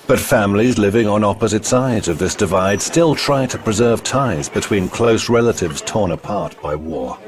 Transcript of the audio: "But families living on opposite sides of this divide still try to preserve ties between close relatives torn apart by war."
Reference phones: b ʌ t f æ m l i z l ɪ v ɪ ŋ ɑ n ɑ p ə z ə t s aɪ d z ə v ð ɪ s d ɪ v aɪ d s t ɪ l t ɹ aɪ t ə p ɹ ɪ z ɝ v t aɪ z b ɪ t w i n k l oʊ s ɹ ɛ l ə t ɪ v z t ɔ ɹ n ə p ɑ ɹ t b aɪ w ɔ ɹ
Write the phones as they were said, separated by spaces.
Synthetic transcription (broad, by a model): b ʌ t f æ m l i z l ɪ v ɪ ŋ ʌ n ɑ p ə z ə t s aɪ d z ə v ð ɪ s d ɪ v aɪ d s t ɪ l t ɹ aɪ t ə p ɹ ɪ z ɝ v t aɪ z b ɪ t w i n k l oʊ s ɹ ɛ l ə t ɪ v z t ɔ ɹ n ə p ɑ ɹ t b aɪ w ɔ ɹ